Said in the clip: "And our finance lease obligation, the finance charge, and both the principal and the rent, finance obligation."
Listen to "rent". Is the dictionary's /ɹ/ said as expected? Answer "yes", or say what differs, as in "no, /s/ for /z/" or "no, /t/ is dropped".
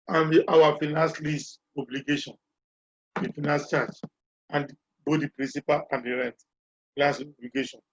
yes